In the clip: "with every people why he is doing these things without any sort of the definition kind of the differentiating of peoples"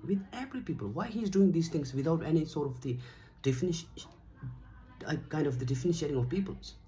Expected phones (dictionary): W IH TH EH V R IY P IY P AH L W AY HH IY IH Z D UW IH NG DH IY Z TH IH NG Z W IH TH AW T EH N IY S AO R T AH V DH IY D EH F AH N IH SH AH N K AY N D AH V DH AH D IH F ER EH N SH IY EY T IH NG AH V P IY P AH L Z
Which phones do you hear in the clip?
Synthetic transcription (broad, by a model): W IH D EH P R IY P IY P AH L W AY HH IY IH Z D UW IH NG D IY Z T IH NG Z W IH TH AW T EH N IY S AO R T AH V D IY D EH F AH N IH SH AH K AY N D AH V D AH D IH F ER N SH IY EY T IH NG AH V P IY P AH L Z